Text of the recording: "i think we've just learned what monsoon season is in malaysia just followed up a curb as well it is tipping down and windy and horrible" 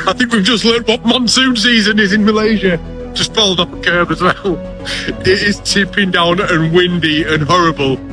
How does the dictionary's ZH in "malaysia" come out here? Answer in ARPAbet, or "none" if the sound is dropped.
ZH